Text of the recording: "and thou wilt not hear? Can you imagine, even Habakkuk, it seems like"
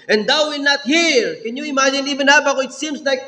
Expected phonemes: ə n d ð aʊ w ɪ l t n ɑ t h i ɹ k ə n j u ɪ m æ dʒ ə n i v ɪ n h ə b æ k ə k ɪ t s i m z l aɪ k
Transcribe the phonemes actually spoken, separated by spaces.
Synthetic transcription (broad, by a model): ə n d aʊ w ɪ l n ɑ t h i ɹ k ə n j u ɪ m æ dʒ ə n i v ɪ n h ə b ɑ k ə ɪ t s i m s l aɪ k